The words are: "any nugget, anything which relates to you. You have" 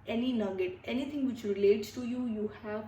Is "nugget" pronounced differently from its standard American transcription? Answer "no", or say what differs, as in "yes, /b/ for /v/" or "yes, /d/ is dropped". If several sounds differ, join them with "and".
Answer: yes, /l/ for /n/